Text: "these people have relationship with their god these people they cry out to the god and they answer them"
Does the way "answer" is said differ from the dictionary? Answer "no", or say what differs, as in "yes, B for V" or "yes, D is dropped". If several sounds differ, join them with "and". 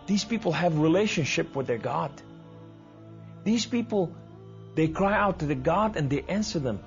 no